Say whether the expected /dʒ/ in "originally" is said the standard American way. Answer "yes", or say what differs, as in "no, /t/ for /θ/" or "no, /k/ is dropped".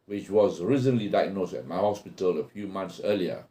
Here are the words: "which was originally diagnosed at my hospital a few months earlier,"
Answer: no, /z/ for /dʒ/